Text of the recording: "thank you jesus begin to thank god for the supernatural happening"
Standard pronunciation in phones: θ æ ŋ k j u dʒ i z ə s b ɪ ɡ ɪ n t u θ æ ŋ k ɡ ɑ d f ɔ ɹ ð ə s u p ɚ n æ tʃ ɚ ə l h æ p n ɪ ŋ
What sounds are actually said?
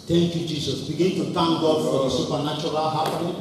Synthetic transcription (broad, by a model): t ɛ ŋ k j u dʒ i s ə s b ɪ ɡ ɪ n t u t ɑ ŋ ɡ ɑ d f ɔ ɹ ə s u p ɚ n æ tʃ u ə l h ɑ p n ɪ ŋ